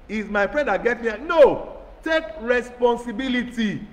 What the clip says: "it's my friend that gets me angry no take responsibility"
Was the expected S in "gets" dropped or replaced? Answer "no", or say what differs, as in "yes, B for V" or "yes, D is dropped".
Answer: yes, S is dropped